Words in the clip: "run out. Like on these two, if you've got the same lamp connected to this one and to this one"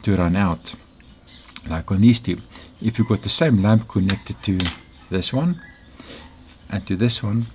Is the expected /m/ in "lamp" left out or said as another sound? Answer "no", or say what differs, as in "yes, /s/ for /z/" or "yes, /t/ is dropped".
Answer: no